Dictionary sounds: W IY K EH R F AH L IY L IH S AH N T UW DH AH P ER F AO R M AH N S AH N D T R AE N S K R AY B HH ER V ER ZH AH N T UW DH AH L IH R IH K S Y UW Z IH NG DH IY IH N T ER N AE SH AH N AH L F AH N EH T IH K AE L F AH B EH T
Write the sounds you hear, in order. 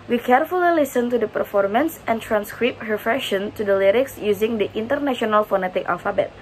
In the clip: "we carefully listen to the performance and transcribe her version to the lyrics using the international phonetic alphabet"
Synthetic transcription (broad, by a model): W IY K EH R F AH L IY L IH S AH N T UW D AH P ER F AO R M AH N S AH N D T R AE N S K R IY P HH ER F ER SH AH N T UW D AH L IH R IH K S Y UW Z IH NG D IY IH N T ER N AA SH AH N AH L F AH N EH T IH K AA L F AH B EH T